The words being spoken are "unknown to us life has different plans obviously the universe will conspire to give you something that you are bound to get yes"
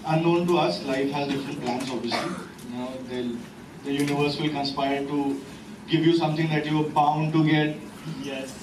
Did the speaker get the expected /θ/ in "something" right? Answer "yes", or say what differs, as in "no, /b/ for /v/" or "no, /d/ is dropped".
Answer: no, /t/ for /θ/